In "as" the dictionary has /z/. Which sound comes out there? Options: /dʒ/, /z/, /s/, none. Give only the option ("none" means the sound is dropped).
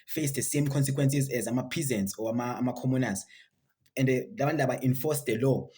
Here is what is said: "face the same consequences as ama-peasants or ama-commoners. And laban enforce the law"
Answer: /z/